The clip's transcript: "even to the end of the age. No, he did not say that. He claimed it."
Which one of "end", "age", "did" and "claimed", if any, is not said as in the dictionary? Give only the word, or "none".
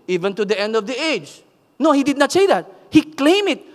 claimed